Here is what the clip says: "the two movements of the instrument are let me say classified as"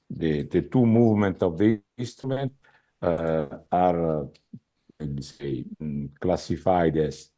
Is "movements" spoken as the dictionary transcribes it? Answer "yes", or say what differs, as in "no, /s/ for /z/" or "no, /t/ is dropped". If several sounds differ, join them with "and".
no, /s/ is dropped